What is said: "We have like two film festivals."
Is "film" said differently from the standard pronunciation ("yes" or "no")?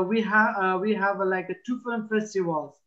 yes